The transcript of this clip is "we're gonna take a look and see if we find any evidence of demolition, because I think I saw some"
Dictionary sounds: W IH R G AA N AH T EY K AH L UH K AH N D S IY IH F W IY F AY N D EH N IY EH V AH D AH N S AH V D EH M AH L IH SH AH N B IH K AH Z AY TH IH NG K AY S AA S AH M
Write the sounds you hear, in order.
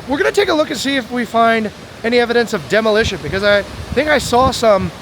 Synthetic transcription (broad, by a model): W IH R G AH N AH T EY K AH L UH K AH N S IY IH F W IY F AY N D EH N IY EH V AH D AH N S AH V D EH M AH L IH SH AH N B IH K AH Z AY TH IH NG K AY S AA S AH M